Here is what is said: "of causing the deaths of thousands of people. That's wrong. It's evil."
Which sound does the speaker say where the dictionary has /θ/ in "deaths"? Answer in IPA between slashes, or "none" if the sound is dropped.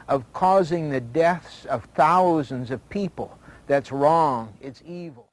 /θ/